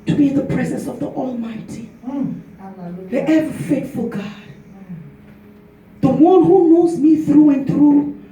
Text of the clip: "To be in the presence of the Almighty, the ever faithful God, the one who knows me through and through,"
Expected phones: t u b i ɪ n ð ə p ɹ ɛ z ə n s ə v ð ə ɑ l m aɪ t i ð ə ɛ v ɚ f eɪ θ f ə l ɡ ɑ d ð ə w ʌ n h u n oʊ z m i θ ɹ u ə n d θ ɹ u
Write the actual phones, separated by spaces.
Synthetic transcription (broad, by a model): t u b i ɪ n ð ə p ɹ ɛ z ə n s ə v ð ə ɑ l m aɪ t i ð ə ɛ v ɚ f eɪ t f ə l ɡ ɑ d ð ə w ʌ n h u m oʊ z m i θ ɹ u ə n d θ ɹ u